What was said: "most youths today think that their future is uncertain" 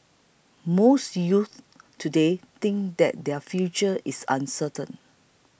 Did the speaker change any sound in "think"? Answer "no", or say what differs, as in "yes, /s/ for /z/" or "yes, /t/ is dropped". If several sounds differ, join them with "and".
yes, /t/ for /θ/